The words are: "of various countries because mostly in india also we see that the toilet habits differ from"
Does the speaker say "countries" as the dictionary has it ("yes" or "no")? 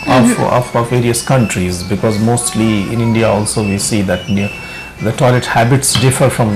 yes